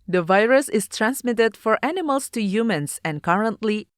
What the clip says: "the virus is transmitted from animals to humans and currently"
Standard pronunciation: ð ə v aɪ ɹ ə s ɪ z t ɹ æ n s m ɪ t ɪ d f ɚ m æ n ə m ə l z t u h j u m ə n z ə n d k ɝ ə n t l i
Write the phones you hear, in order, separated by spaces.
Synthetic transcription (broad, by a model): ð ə v aɪ ɹ ə s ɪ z t ɹ æ n s m ɪ t ɪ d f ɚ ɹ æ n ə m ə l s t u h j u m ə n s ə n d k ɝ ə n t l i